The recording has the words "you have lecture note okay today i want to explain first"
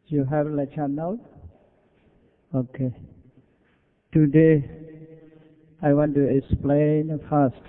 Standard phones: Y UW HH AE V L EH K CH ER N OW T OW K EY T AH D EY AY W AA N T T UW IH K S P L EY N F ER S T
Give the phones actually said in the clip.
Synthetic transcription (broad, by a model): Y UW HH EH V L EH CH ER N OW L OW K EY T AH D EY AY W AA N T T UW IH K S P L EY N F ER S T